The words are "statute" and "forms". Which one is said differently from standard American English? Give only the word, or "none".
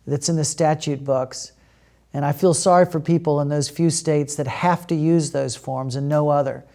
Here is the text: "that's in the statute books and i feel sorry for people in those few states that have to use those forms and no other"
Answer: none